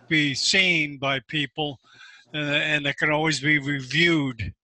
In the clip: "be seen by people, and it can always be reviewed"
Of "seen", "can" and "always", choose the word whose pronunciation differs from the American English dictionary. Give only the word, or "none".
none